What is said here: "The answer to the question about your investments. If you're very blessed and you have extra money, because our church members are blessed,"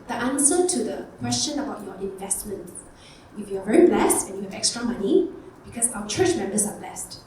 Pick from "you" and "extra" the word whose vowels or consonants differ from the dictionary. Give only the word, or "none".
none